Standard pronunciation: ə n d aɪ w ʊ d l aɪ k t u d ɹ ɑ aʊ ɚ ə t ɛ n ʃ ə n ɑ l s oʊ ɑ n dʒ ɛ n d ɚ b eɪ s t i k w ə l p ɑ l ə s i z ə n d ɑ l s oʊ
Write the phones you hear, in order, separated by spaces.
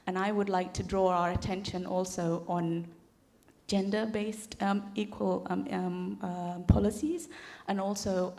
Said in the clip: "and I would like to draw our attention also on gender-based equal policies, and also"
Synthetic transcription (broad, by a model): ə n aɪ w ʊ d l aɪ k t u d ɹ ɑ aʊ ɚ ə t ɛ n ʃ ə n ɑ l s oʊ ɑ n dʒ ɛ n d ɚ b eɪ s t i k w ə l p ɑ l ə s i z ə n ɑ l s oʊ